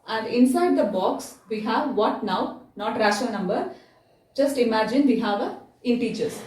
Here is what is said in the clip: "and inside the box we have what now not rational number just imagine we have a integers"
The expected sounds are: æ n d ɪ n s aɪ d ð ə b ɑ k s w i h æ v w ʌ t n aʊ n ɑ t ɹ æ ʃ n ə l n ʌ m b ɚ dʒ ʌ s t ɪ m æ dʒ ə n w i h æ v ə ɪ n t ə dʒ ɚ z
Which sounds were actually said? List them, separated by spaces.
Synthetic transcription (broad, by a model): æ n d ɪ n s aɪ d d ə b ɑ k s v i h æ v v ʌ t n aʊ n ɑ t ɹ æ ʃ ə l n ʌ m b ɚ dʒ ʌ s t ɪ m æ dʒ ə n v i h æ v ə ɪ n t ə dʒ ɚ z